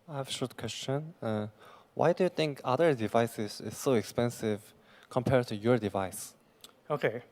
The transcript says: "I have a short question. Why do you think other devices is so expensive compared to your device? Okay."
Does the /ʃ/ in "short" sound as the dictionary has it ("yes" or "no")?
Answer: yes